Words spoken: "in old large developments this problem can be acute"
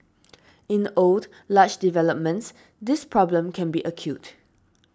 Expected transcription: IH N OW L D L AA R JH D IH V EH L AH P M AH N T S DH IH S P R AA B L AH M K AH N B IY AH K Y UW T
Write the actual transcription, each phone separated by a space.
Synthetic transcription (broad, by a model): IH N OW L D L AA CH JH D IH V EH L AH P M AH N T S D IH S P R AA B L AH M K AH N B IY AH K Y UW T